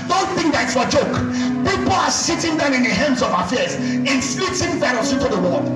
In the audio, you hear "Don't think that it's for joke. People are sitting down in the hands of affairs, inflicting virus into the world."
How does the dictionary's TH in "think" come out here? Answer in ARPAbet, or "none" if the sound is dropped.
TH